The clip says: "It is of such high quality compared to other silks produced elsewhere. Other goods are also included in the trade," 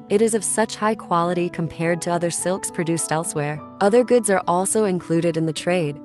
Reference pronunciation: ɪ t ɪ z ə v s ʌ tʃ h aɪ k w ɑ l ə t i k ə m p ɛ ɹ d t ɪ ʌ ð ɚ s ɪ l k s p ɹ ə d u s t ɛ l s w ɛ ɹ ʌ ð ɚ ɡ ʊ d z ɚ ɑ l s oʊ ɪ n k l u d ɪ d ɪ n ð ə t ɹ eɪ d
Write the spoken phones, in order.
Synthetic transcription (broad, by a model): ɪ t ɪ z ə v s ʌ tʃ h aɪ k w ɑ l ə t i k ə m p ɛ ɹ d t ɪ ʌ ð ɚ s ɪ l k s p ɹ ə d u s t ɛ l s w ɛ ɹ ʌ ð ɚ ɡ ʊ d z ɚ ɑ l s oʊ ɪ n k l u d ɪ d ɪ n ð ə t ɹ eɪ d